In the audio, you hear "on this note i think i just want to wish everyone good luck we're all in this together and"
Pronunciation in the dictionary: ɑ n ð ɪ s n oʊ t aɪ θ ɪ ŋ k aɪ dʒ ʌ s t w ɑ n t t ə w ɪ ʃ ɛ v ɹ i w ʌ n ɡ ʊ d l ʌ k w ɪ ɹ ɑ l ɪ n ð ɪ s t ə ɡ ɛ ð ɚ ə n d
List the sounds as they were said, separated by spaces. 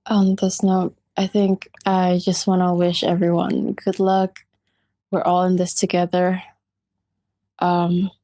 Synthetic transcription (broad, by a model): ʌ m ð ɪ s n oʊ t aɪ θ ɪ ŋ k aɪ dʒ ʌ s t w ɑ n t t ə w ɪ ʃ ɛ v ɹ i w ʌ n ɡ ʊ d l ʌ k w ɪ ɹ ɑ l ɪ n ð ɪ s t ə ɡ ɛ ð ɚ ə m